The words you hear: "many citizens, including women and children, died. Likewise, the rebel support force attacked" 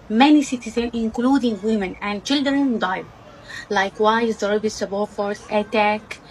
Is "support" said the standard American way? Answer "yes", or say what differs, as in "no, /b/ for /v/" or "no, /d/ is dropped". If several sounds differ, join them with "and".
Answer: no, /b/ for /p/